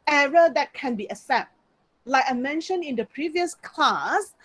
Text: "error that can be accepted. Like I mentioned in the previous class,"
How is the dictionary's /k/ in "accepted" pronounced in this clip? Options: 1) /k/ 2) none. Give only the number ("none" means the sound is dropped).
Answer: 2